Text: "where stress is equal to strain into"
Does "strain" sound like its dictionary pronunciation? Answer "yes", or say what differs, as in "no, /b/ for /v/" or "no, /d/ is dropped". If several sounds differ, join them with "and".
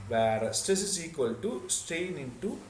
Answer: no, /ɹ/ is dropped